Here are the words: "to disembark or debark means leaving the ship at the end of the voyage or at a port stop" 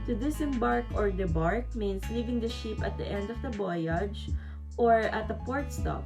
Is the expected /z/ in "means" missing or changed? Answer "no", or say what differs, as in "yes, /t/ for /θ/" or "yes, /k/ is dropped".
yes, /s/ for /z/